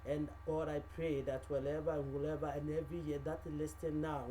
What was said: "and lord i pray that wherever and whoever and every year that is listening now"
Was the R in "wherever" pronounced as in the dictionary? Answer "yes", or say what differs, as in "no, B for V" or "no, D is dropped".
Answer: no, L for R